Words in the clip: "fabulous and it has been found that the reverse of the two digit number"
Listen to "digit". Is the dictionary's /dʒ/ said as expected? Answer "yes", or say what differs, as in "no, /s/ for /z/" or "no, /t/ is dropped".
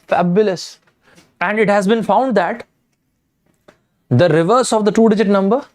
yes